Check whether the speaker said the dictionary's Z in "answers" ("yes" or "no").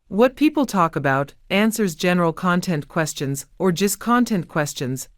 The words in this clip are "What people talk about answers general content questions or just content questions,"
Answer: yes